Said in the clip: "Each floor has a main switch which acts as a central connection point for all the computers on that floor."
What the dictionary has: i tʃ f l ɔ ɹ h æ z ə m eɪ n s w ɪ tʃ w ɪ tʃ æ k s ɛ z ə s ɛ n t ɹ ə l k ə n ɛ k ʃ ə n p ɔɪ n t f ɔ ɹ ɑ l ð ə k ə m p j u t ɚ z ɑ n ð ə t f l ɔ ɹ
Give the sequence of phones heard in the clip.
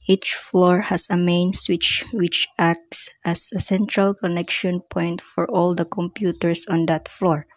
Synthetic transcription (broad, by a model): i tʃ f l ɔ ɹ h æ s ə m eɪ n s w ɪ tʃ w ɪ tʃ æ k s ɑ s ə s ɛ n t ɹ ə l k ə n ɛ k ʃ ə n p ɔɪ n t f ɔ ɹ ɑ l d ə k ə m p j u t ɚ s ɑ n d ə t f l ɔ ɹ